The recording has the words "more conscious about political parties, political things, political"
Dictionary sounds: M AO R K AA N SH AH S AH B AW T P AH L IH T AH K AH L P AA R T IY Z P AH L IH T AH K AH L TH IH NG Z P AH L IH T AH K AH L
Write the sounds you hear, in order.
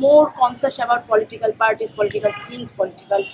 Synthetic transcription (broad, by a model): M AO R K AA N S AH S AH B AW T P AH L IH T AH K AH L P AA R T IY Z P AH L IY T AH K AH L T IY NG S P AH L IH T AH K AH L